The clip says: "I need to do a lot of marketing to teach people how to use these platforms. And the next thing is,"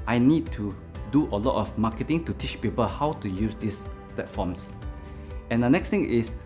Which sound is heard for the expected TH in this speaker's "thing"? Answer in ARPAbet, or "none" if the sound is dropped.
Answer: T